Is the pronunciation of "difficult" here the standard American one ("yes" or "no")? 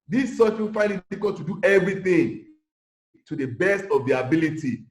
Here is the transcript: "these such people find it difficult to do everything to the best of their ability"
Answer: no